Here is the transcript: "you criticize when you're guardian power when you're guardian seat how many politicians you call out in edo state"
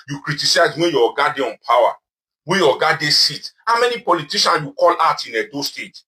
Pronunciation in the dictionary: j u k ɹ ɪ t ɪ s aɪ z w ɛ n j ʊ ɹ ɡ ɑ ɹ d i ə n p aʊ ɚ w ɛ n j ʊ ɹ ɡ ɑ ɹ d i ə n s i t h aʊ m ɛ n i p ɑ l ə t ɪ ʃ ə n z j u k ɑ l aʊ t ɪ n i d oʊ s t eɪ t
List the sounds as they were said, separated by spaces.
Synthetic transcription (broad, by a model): j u k ɹ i t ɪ s aɪ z w ɛ n j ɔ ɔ ɡ ɑ d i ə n p aʊ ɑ w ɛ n j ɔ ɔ ɡ ɑ d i s i t h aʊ m ɛ n i p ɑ l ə t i ʃ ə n j u k ɑ l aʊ t ɪ n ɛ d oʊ s t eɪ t